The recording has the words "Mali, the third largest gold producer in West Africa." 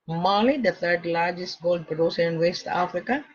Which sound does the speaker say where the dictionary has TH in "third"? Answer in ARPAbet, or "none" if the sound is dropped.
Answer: T